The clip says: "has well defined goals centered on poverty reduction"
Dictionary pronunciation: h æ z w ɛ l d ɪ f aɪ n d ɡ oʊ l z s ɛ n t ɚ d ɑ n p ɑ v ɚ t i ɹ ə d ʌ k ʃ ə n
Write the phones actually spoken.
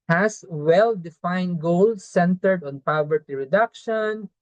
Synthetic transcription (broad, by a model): h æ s w ɛ l d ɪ f aɪ n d ɡ oʊ l s ɛ n t ɚ d ɑ n p ɑ v ɚ t i ɹ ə d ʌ k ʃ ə n